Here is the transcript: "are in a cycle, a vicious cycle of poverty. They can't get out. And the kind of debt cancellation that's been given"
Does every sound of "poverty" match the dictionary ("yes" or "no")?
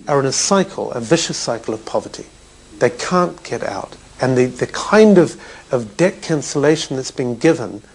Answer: yes